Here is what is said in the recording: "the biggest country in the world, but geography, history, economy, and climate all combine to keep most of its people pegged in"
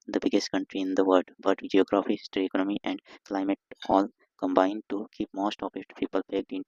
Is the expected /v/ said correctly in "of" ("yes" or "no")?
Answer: no